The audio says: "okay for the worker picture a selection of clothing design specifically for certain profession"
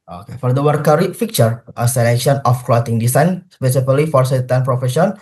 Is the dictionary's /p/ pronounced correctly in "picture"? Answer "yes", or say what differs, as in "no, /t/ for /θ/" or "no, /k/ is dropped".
no, /f/ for /p/